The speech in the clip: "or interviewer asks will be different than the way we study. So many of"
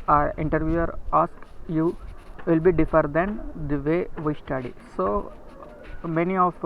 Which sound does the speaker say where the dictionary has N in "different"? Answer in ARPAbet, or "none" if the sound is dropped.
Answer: none